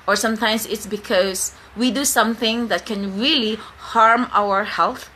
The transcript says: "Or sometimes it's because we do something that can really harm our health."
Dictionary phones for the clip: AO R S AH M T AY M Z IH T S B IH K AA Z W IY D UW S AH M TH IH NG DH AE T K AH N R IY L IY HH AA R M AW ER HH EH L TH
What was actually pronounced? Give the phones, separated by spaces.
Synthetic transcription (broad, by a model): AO R S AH M T AY M S IH T S B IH K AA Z W IY D UW S AH M TH IH NG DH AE T K AH N R IY L IY HH AA R M AW ER HH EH L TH